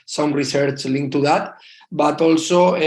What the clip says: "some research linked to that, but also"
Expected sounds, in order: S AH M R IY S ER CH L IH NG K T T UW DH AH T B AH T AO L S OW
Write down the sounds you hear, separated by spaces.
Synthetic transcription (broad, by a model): S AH M R IY S ER CH L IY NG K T T UW DH AH T B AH T AO L S OW